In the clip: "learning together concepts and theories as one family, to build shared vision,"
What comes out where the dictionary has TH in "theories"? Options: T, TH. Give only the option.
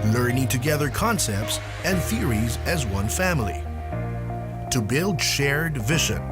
TH